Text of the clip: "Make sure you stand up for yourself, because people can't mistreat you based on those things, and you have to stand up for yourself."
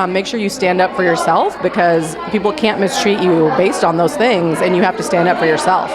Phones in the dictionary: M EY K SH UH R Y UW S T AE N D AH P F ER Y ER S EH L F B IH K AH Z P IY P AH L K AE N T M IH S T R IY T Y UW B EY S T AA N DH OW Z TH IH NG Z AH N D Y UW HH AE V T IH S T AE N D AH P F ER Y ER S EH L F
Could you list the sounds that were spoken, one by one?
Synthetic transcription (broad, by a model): M EY K SH UH R Y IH S T AE N D AH P F ER Y ER S EH L F B IH K AH Z P IY P L K AE N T M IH S T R IY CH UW B EY S T N DH OW Z TH IH NG Z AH N Y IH HH AE F T IH S T AE N D AH P F ER Y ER S EH L F